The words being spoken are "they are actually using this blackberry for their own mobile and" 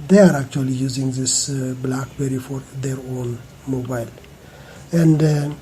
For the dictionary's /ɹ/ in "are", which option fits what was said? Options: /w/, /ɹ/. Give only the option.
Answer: /ɹ/